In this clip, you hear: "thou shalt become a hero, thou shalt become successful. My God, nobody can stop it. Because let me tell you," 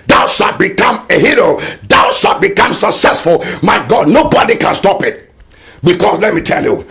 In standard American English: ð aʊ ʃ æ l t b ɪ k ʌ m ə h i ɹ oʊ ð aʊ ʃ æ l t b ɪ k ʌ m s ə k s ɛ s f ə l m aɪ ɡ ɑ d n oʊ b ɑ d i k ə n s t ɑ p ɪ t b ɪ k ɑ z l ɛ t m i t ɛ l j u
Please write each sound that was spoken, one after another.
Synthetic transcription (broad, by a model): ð aʊ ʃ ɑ t b ɪ k ʌ m ə h i ɹ oʊ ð aʊ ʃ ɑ t b ɪ k ʌ m s ə k s ɛ s f ə l m aɪ ɡ ɑ d n oʊ b ɑ d i k ə n s t ɑ p ɪ t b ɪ k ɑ s l ɛ t m i t ɛ l j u